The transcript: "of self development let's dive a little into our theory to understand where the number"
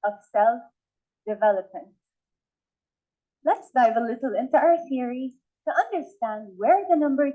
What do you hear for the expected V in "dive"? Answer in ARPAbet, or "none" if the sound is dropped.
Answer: V